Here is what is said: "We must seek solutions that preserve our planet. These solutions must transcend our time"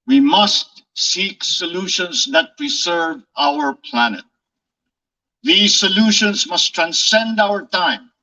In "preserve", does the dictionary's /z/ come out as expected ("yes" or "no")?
no